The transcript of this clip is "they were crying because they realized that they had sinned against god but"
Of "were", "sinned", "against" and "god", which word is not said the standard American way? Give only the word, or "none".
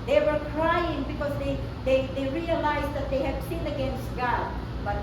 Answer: sinned